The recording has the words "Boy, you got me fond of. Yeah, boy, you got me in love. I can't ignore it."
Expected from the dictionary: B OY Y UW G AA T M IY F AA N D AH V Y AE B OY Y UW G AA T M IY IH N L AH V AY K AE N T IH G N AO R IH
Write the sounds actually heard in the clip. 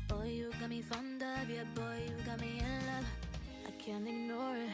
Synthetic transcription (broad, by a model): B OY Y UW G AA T M IY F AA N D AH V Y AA B OY Y UW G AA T M IY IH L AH AY K AE N T IH G N AO R